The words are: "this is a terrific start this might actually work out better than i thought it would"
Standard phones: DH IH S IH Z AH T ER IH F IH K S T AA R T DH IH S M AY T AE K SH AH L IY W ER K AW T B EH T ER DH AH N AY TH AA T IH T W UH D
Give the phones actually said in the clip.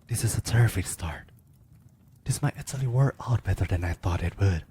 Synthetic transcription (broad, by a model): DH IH S IH Z AH T ER IH F IH K S T AA R T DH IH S M AY T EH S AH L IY W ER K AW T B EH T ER DH AH N AY TH AA T IH T W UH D